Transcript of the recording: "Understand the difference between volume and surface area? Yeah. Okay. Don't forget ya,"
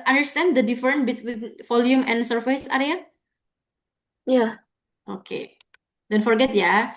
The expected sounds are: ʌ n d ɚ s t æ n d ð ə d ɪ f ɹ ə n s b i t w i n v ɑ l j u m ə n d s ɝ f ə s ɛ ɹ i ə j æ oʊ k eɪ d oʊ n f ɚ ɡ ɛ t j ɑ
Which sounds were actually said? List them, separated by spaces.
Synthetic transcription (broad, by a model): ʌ n d ɚ s t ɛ n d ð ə d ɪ f ɹ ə n b i t w i n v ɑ l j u m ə n s ɝ f ə s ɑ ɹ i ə j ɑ oʊ k eɪ d oʊ n f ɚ ɡ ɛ t j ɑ